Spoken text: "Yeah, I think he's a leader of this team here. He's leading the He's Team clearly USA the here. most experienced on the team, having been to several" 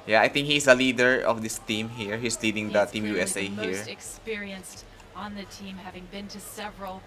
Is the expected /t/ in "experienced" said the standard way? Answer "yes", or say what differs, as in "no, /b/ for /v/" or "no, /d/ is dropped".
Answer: yes